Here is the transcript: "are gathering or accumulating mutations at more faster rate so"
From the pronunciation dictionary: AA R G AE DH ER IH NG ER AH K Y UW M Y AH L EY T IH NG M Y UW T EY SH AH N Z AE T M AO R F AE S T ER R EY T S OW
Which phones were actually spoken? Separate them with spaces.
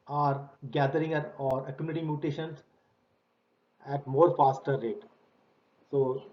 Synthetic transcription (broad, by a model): AA R G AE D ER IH NG ER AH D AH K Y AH N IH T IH M Y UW T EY SH AH N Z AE T M AO R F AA S T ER R EY T S OW